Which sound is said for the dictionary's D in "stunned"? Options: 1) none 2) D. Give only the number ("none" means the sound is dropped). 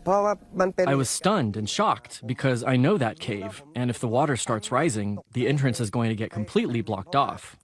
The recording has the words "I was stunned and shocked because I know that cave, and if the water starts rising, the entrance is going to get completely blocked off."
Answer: 2